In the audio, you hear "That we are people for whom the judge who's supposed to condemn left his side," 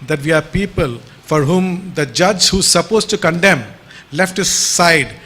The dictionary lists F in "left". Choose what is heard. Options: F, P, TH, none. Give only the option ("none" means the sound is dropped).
F